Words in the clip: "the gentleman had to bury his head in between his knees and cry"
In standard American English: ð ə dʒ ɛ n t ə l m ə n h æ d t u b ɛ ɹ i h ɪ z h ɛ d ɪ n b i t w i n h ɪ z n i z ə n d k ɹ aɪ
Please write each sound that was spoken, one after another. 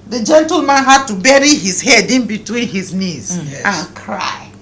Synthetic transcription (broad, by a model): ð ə dʒ ɛ n t ə l m ə n h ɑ d t u b ɛ ɹ i h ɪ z h ɛ d ɪ n b i t w i n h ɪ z n i z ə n k ɹ aɪ